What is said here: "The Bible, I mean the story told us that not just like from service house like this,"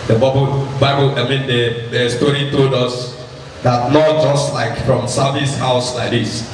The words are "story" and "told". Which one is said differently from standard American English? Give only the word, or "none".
none